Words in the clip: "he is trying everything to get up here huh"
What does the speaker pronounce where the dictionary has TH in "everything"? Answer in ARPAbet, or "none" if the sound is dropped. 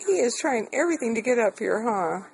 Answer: TH